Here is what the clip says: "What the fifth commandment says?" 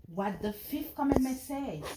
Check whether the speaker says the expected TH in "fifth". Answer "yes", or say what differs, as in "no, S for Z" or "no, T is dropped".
no, F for TH